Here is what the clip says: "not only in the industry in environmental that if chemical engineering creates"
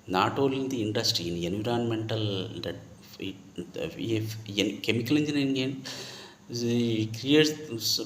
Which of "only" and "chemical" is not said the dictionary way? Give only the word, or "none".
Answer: only